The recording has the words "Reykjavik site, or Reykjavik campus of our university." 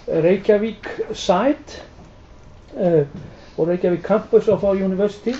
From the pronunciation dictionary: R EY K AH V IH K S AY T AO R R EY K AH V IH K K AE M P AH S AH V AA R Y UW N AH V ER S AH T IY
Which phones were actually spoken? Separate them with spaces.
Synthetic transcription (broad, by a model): R EY K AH V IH K S AY T AO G R EY K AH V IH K K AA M P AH S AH F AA W Y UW N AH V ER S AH T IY